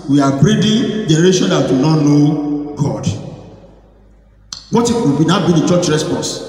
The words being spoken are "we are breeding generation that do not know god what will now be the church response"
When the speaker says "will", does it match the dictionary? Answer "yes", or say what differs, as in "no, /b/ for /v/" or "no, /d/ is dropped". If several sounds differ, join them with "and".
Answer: no, /w/ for /l/